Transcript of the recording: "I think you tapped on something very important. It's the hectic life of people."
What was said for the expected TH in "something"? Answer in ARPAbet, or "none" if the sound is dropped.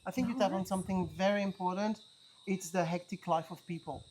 TH